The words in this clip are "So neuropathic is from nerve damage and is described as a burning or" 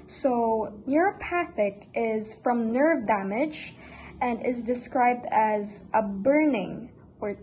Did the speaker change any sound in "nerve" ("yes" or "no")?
no